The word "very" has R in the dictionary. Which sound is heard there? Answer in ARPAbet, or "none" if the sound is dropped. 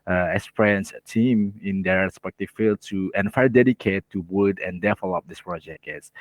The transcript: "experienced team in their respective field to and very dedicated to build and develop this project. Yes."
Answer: none